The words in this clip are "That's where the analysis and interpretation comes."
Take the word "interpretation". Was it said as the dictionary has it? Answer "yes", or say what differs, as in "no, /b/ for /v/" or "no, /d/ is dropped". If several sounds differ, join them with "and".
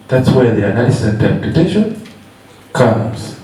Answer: no, /ɹ/ is dropped